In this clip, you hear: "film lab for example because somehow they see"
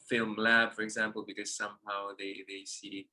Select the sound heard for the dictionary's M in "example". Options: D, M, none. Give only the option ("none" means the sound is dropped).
M